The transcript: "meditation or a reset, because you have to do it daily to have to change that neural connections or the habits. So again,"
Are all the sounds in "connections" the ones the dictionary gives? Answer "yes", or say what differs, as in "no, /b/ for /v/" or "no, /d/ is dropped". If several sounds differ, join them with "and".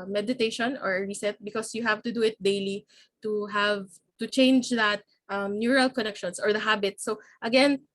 no, /s/ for /z/